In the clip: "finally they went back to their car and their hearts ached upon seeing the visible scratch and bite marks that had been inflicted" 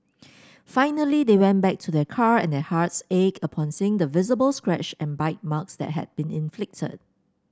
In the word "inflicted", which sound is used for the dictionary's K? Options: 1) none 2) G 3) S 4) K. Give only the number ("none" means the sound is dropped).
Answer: 4